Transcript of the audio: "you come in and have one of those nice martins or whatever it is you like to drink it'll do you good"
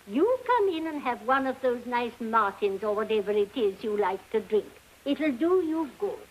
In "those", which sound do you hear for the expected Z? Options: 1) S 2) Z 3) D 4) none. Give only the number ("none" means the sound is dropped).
2